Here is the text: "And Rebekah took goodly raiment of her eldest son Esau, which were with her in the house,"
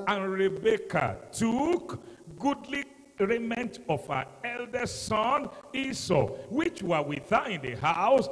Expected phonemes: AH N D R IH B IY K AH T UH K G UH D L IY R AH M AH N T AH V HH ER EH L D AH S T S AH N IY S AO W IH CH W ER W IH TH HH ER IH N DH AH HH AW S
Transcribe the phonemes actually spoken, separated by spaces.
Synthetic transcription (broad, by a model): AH N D R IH B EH K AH T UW K G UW D L IY R AH M AH N T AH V HH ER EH L D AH S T S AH N IY S AO W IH CH W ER W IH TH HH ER IH N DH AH HH AW S